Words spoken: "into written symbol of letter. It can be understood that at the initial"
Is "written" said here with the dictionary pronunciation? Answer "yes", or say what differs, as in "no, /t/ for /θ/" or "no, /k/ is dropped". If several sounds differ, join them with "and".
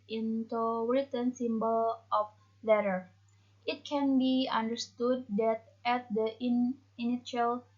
no, /w/ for /ɹ/